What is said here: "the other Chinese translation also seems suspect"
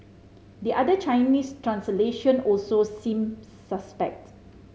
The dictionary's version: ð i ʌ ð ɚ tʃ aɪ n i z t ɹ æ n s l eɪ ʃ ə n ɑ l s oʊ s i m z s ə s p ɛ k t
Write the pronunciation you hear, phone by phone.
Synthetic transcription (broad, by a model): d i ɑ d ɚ tʃ aɪ n i s t ɹ æ n s l eɪ ʃ ə n ɑ l s oʊ s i m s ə s p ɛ k t